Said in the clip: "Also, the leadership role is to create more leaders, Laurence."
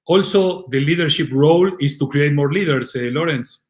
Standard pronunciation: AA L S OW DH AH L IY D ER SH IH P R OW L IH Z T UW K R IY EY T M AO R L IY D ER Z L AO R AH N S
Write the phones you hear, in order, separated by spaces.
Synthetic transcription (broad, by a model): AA L S OW DH AH L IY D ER SH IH P R OW L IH S T UW K R IY EY T M AO R L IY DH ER S L AO R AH N S